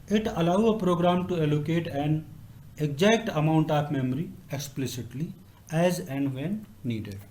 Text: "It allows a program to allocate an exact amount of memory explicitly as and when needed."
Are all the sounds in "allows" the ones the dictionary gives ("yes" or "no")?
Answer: no